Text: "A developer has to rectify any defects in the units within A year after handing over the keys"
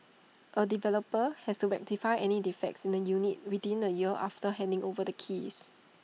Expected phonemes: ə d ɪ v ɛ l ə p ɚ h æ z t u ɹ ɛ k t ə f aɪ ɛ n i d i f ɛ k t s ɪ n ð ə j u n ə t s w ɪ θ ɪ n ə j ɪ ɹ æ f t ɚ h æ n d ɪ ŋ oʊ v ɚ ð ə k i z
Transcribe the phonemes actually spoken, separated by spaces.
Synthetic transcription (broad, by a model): ə d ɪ v ɛ l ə p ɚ h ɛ s t u ɹ ɛ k t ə f aɪ ɛ n i d i f ɛ k t s ɪ n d ə j u n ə t w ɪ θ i n ə j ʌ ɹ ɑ f t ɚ h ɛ n d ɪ ŋ oʊ v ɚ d ə k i s